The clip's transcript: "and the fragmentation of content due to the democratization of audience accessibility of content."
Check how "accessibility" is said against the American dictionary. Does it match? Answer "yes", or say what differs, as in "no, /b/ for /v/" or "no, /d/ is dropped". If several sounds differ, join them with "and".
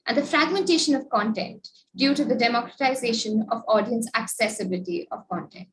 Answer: yes